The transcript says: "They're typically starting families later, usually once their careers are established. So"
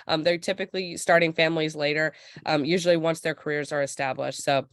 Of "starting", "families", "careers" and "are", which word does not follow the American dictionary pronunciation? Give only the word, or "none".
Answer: none